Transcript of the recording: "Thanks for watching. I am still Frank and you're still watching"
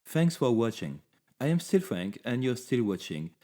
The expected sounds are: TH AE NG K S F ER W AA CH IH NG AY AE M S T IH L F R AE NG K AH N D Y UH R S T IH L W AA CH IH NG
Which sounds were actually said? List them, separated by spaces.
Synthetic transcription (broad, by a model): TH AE NG K S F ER W AA CH IH NG AY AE M S T IH L F R AE NG K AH N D Y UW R S T IH L W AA CH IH NG